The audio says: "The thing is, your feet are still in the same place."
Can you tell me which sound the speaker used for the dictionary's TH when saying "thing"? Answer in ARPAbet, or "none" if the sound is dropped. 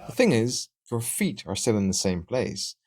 TH